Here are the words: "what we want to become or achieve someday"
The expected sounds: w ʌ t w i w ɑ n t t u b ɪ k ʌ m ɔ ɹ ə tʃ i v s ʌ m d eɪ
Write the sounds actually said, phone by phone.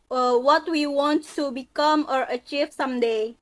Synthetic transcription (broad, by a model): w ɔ t w i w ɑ n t t u b ɪ k ʌ m ɔ ɹ ə tʃ i v s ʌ m d eɪ